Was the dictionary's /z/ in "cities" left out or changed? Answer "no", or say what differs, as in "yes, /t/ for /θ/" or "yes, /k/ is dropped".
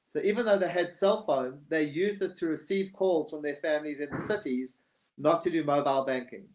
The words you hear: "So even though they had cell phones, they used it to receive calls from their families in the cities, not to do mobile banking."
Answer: no